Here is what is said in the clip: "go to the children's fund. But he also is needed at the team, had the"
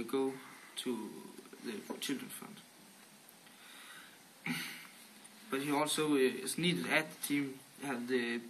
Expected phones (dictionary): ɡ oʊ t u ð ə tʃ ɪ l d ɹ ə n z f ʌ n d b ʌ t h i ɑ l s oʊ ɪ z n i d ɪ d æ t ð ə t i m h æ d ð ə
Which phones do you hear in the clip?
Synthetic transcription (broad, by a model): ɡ oʊ s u ð ə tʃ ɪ l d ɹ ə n f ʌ n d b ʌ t h i ɑ l s oʊ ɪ s n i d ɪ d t ð ə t i m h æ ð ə